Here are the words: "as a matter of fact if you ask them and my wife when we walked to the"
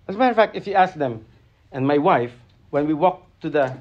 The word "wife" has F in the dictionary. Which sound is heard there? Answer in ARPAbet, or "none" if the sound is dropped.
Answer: F